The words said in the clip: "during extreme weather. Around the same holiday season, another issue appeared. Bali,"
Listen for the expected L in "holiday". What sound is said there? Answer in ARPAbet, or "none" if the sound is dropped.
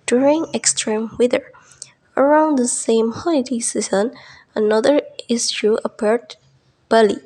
N